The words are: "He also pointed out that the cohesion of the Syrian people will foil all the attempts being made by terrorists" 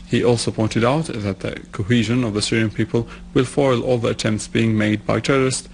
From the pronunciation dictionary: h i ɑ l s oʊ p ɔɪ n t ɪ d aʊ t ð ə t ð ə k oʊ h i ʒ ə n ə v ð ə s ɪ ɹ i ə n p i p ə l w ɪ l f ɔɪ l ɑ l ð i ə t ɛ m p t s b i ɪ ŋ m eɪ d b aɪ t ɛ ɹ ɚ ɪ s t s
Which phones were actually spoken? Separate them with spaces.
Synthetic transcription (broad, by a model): h i ɑ l s oʊ p ɔɪ n t ɪ d aʊ t ð ə t ð ə k oʊ h i ʒ ə n ə v ð ə s ɪ ɹ i ə n p i p ə l w ɪ l f ɔɪ l ɑ l ð i ə t ɛ m p t s b i ɪ ŋ m eɪ d b aɪ t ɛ ɹ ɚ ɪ s t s